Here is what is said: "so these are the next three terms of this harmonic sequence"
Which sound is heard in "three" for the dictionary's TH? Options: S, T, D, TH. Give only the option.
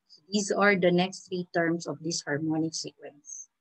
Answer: T